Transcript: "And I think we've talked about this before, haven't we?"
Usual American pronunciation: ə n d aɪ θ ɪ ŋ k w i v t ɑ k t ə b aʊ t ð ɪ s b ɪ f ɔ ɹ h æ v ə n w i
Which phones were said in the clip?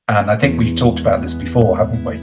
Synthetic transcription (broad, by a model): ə n aɪ θ ɪ ŋ k w i v t ɑ k t ə b aʊ t ð ɪ s b ɪ f ɔ ɹ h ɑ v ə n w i